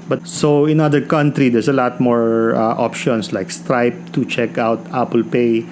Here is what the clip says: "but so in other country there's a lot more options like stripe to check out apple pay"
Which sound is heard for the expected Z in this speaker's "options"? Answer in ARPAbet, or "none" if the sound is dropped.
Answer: S